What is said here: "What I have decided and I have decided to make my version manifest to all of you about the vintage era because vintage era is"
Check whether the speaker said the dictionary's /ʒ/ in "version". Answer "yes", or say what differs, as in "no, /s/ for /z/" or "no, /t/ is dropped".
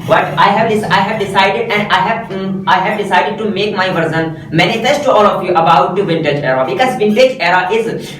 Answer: no, /z/ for /ʒ/